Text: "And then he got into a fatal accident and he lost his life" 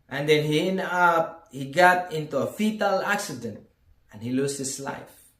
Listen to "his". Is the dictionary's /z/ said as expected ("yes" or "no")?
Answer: no